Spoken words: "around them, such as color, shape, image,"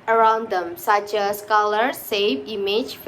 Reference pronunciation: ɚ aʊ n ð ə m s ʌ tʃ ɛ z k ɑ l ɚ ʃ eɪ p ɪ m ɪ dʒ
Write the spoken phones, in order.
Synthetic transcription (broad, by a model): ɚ aʊ n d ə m s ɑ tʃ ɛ s k ɑ l ɚ s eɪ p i m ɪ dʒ